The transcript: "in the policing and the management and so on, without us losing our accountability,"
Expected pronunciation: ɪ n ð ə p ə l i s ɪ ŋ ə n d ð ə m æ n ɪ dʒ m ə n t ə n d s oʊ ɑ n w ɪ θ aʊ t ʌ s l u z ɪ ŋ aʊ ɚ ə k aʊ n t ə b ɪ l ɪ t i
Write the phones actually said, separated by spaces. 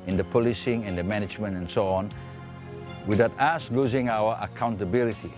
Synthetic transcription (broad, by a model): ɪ n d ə p ə l i s ɪ ŋ ə n d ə m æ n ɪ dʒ m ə n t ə n s oʊ ɑ n w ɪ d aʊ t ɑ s l u z ɪ ŋ aʊ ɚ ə k aʊ n t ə b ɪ l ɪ t i